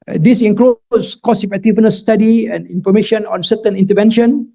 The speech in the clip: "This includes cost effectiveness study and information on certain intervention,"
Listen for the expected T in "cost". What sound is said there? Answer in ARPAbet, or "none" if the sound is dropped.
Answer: none